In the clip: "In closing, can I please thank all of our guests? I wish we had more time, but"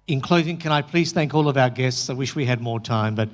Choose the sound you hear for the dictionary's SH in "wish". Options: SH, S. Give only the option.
SH